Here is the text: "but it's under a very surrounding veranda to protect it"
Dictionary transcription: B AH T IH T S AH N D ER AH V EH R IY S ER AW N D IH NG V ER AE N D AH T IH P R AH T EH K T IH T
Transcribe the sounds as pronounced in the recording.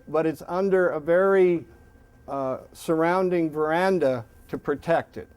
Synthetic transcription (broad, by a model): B AH T IH T S AH N D ER AH V EH R IY S ER AW N D IH NG V ER AE N D AH T IH P R AH T EH K T IH T